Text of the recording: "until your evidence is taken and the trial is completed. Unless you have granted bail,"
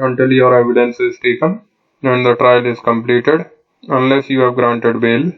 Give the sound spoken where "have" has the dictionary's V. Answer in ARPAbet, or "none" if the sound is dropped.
V